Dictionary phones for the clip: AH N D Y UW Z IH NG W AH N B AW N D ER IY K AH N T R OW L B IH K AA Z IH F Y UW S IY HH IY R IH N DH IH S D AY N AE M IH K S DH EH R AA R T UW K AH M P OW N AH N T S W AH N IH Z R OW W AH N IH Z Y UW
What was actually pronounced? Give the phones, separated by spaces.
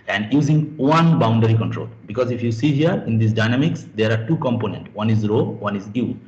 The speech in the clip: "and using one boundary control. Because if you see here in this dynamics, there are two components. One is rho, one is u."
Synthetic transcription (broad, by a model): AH N D Y UW Z IH NG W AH N B AW N D ER IY K AH N T R OW L B IH K AA Z IH F Y UW S IY HH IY R IH N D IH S D AY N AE M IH K S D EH R AA R T UW K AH M P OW N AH N T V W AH N IH Z R OW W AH N IH Z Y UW